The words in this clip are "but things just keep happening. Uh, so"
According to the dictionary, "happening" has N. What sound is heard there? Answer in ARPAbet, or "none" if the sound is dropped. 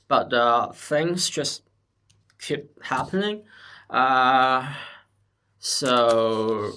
N